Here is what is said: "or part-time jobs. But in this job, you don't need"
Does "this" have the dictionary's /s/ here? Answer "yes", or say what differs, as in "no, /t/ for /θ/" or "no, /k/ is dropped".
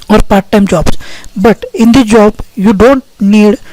no, /s/ is dropped